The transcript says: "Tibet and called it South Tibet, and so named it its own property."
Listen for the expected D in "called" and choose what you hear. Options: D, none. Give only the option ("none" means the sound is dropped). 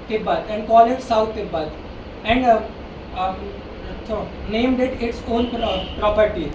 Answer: none